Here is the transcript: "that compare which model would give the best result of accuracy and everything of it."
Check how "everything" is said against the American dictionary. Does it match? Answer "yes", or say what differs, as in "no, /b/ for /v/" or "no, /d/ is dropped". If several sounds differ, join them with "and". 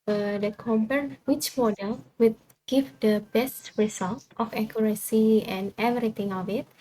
no, /t/ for /θ/